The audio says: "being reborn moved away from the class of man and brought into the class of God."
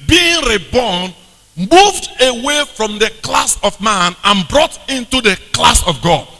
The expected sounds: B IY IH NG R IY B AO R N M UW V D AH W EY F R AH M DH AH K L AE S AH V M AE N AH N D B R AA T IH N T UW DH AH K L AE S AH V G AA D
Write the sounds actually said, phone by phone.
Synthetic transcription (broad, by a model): B IY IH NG R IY B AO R N M UW V D AH W EY F R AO M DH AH K L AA S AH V M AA N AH N B R AA T IH N T UW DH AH K L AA S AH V G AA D